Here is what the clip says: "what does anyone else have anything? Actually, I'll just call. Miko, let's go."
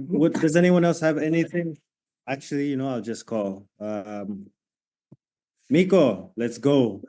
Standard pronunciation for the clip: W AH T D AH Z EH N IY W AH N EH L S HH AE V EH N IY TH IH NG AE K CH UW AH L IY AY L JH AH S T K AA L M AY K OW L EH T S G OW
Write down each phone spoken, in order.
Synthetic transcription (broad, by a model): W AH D D AH Z EH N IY W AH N EH L S HH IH V EH N IY TH IH NG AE K CH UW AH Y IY AY L JH AH S K AA L M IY K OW L EH T S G OW